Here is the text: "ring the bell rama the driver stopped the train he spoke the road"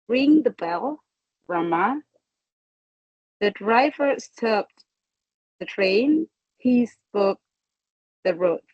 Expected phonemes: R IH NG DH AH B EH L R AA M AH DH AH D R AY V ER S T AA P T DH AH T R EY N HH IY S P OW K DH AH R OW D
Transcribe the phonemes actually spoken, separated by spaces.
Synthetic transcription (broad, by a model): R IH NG DH AH B EH L R AA M AH DH AH D R AY V ER S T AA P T DH AH T R EY N HH IY S P OW K DH AH R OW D